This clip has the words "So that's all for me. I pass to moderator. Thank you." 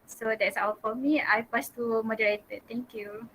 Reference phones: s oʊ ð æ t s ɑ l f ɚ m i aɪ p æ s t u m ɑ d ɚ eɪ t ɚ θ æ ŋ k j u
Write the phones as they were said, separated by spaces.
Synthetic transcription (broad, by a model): s oʊ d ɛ t s ɑ w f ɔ m i aɪ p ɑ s t u m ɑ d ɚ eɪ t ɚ t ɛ ŋ k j u